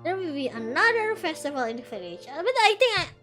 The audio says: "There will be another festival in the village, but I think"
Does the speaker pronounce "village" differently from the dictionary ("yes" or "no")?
yes